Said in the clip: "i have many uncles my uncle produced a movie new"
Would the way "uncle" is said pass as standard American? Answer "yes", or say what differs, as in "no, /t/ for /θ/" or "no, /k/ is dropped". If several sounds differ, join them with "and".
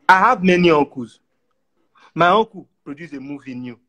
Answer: no, /ŋ/ is dropped